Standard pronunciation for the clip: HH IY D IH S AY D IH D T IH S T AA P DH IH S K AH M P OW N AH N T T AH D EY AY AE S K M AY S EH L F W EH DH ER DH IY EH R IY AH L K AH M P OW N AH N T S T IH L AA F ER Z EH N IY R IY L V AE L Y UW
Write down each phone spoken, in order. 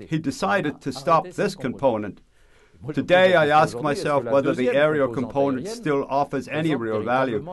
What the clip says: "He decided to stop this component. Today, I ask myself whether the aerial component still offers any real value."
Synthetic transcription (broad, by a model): HH IY D IH S AY D IH D T IH S T AA P DH IH S K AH M P OW N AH N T T AH D EY AY AE S K M AY S EH L F W EH DH ER DH IY EH R IY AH K AH M P OW N AH N T S T IH L AA F ER Z EH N IY R IY L V AE L Y UW